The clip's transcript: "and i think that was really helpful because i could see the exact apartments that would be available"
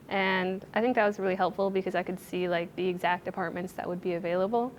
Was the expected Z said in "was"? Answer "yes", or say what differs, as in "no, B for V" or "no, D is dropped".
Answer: yes